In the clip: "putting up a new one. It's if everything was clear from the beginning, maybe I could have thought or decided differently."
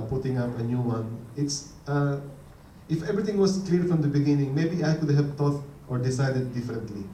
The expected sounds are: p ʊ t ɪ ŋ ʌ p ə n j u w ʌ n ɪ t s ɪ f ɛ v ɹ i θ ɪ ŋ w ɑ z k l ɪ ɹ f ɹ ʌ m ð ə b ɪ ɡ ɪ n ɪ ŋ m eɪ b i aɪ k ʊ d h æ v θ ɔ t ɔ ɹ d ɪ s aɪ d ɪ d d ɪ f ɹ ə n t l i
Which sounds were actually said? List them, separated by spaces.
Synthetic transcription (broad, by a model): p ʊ t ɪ ŋ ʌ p ə n j u w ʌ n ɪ t s ɪ f ɛ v ɹ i t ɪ ŋ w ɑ s k l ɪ ɹ f ɹ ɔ m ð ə b ɪ ɡ ɪ n ɪ ŋ m eɪ b i aɪ k ʊ d h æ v t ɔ t ɔ ɹ d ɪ s aɪ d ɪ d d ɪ f ɹ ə n t l i